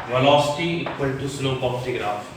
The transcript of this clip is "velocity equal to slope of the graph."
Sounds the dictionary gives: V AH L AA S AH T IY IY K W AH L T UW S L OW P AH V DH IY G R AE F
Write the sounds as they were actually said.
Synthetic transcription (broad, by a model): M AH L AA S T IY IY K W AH N T UW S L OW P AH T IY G R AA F